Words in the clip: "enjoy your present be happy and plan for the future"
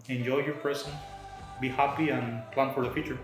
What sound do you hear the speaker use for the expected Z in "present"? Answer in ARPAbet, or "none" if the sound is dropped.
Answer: S